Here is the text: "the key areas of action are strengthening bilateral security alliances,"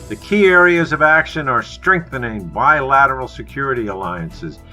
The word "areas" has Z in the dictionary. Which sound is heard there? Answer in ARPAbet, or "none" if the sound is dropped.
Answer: Z